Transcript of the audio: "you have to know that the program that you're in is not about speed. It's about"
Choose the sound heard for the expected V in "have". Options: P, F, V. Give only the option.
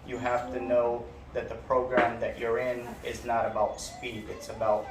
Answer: F